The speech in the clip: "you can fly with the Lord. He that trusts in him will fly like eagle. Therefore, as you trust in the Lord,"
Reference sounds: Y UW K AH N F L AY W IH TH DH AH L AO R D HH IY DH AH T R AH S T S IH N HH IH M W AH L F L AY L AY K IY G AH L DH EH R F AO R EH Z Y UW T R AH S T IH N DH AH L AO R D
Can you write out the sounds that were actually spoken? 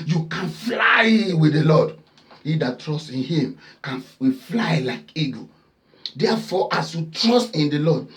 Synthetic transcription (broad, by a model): Y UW K AH N F L AY W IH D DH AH L AO D HH IY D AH T R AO S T IH N HH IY M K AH N F L AY L AY K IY G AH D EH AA F AO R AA S Y UW T R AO S T IH N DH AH L AO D